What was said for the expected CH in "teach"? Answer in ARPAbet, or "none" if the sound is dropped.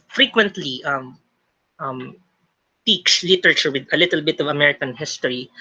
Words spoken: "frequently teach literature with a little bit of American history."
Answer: S